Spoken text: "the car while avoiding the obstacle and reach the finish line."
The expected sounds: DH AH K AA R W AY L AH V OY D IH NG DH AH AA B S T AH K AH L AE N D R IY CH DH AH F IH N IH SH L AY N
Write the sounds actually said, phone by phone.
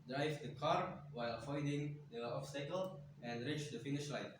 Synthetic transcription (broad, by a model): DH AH K AA R W AY L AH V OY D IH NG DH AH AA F S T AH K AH L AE N D R IY CH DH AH F IH N IH SH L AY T